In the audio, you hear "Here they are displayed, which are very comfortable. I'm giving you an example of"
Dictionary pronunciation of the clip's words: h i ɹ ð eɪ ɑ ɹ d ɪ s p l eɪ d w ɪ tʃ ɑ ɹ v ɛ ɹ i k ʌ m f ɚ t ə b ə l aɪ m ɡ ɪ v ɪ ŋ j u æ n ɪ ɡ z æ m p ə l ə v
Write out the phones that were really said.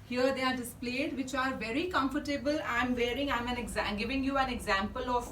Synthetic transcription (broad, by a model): h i ɹ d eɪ ɑ ɹ d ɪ s p l eɪ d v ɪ tʃ ɑ ɹ v ɛ ɹ i k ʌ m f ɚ t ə b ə l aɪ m ɡ ɪ v ɪ ŋ j u æ n ɪ ɡ z æ m p ə l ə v